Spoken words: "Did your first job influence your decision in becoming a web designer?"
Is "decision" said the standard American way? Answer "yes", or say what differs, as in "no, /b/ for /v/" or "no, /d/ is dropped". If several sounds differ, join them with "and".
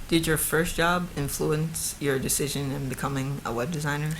yes